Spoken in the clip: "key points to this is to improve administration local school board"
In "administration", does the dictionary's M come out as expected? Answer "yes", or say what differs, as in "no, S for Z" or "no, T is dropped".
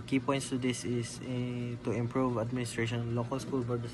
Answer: yes